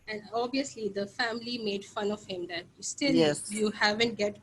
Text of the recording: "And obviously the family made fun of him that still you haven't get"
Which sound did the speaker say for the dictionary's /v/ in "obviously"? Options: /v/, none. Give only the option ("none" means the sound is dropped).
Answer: none